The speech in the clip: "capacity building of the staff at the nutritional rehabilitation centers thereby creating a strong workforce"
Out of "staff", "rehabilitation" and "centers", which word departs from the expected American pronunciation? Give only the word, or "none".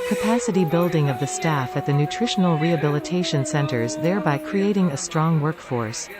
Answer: none